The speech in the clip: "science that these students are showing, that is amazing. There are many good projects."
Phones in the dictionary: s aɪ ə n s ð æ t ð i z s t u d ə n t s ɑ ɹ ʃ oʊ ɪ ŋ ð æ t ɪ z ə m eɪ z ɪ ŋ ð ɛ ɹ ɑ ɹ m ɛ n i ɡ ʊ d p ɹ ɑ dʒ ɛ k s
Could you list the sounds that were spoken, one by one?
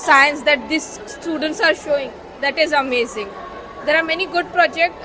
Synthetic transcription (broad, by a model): s aɪ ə n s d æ t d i s t u d ə n t s ɑ ɹ ʃ oʊ ɪ ŋ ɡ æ t ɪ z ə m eɪ z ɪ ŋ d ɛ ɹ ɑ ɹ m ɛ n i ɡ ʊ d p ɹ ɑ dʒ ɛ k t